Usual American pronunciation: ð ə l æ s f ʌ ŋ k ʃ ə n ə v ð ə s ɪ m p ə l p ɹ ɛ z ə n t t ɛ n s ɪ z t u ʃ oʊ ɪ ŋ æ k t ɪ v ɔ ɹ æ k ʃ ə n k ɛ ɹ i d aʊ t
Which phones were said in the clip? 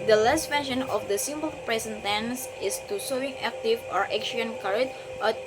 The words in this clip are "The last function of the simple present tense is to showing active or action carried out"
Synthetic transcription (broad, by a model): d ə l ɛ s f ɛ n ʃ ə n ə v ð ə s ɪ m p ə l p ɹ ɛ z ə n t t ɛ n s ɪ s t u s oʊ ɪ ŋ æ k t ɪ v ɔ ɹ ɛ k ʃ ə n k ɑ ɹ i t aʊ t